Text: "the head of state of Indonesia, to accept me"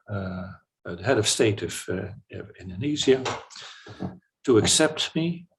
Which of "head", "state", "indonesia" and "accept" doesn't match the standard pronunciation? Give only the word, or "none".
indonesia